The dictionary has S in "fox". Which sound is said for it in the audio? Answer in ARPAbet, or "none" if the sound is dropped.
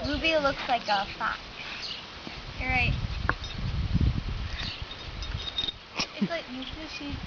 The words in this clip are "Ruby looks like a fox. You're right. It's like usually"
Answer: none